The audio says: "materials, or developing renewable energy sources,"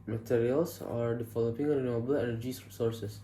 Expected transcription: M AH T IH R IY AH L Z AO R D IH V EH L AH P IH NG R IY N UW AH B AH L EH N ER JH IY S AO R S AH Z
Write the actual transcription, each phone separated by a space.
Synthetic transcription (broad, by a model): M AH T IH R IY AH L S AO R D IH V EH L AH P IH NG R IY N UW AH B AH L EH N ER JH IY S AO R S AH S